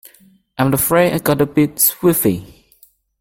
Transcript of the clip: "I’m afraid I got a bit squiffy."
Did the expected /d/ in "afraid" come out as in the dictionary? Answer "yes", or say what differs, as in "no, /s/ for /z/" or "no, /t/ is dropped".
no, /d/ is dropped